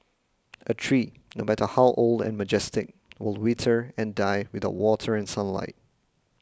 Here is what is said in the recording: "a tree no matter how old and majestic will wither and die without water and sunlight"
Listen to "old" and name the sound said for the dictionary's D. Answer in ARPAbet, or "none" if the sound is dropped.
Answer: D